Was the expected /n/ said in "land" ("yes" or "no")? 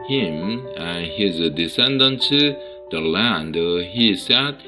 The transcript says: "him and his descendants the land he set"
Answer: yes